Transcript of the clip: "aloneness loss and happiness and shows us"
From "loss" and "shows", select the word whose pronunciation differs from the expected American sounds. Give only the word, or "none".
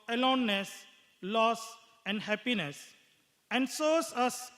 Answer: shows